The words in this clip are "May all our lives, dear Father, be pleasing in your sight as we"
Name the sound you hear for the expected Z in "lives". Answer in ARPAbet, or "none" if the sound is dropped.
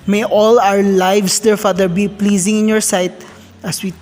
S